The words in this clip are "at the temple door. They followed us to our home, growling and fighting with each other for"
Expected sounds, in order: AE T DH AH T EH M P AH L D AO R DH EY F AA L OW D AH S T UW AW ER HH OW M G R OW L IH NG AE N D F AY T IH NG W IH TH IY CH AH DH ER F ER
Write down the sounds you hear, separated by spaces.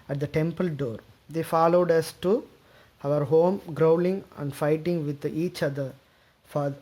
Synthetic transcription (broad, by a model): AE T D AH T EH M P AH L D AO R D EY F AA L OW D AH S T UW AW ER HH OW M G R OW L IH NG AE N D F AY T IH NG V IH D IY CH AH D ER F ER